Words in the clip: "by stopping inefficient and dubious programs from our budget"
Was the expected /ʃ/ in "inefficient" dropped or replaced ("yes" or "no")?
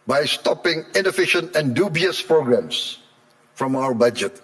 no